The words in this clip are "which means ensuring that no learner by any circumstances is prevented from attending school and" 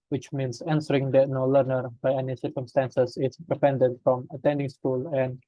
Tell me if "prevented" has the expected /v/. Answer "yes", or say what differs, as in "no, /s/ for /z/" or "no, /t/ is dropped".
no, /p/ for /v/